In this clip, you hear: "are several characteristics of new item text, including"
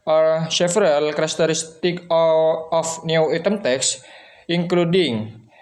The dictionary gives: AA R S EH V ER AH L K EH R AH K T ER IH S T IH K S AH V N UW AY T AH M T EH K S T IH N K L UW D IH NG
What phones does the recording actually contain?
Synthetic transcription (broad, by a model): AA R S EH F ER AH L K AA R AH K T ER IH S T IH K AH F N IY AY T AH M T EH K S IH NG K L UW D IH NG